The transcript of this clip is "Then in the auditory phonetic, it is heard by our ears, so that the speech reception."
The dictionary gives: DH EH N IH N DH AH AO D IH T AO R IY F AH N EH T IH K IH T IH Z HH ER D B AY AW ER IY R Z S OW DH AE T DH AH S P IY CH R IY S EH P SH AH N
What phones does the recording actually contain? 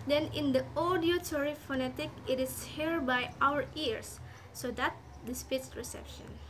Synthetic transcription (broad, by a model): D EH N IH N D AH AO D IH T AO R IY F AH N EH T IH K IH T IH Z HH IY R B AY AW ER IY R S OW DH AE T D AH S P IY S R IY S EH P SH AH N